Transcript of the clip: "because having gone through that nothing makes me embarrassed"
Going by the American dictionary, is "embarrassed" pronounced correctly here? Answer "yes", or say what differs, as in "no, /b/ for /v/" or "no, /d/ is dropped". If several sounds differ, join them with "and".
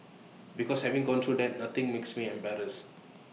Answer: no, /t/ is dropped